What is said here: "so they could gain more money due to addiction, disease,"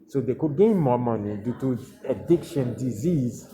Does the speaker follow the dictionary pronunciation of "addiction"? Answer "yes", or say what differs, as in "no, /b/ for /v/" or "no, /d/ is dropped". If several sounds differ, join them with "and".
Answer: yes